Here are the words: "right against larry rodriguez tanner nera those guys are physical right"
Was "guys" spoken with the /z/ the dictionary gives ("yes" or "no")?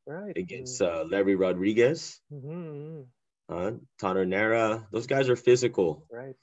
yes